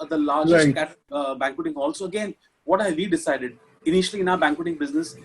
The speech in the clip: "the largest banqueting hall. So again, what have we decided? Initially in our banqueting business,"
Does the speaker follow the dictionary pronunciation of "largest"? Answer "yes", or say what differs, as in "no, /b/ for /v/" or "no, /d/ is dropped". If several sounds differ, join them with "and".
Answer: no, /s/ is dropped